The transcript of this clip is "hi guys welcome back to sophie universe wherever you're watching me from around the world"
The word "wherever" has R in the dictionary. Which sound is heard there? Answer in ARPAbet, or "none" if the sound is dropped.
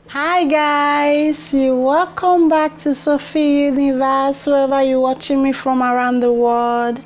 none